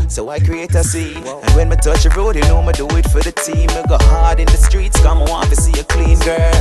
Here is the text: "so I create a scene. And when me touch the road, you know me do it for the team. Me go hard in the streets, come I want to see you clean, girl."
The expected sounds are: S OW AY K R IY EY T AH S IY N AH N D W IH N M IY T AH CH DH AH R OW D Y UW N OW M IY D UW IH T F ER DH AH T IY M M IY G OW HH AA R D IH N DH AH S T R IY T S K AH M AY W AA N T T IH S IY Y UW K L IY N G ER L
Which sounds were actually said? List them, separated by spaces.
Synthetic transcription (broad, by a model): S OW AY K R IY EY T AH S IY AH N W IH N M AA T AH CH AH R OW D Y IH N OW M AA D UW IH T F ER DH AH T IY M M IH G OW HH AA R D IH N DH AH S T R IY T S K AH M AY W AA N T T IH S IY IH K L IY N G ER L